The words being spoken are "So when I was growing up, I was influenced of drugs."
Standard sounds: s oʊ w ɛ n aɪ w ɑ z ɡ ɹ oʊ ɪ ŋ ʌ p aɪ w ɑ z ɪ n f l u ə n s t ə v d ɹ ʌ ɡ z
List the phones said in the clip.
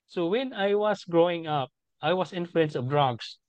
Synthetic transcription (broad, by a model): s oʊ w ɛ n aɪ w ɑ s ɡ ɹ oʊ ɪ ŋ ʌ p aɪ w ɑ s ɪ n f l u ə n s ə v d ɹ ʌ ɡ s